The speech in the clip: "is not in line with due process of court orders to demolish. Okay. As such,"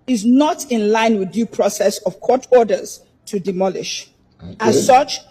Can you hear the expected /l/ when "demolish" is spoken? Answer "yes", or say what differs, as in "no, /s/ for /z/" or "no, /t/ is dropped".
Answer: yes